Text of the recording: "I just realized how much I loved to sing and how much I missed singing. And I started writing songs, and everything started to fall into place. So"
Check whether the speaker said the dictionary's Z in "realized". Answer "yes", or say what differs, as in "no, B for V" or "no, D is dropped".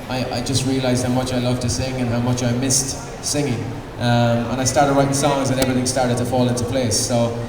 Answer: yes